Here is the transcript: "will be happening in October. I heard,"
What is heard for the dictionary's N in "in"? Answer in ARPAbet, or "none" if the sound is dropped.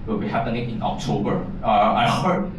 N